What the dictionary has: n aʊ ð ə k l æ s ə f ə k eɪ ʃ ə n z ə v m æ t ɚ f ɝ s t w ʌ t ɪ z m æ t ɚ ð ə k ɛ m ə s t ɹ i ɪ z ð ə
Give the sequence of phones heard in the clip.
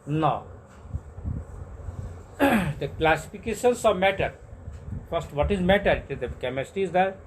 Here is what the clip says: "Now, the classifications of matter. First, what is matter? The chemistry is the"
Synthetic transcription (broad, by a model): n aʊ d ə k l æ s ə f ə k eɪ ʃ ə n s ə v m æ t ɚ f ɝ s t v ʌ t ɪ z m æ t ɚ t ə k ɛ m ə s t i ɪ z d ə